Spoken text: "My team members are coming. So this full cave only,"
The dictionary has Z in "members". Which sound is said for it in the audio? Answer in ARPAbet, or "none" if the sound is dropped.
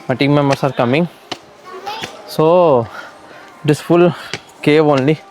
S